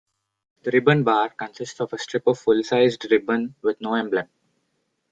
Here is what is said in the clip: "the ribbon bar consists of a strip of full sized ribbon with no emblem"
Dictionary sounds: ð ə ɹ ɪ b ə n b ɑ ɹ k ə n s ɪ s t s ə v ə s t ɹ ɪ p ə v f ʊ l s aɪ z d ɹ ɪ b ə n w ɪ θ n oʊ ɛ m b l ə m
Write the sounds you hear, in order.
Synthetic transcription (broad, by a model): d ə ɹ ɪ b ə n b ɑ ɹ k ə n s ɪ s t s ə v ə s t ɹ ɪ p ə v f ʊ l s aɪ z d ɹ ɪ b ə n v ɪ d n oʊ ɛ m b l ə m